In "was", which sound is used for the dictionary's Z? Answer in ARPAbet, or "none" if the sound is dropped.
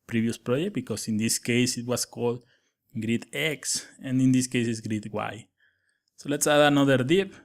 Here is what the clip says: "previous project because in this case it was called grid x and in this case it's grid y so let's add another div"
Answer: S